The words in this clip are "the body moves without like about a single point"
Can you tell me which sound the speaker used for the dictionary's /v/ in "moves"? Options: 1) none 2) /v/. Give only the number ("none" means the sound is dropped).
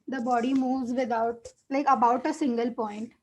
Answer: 2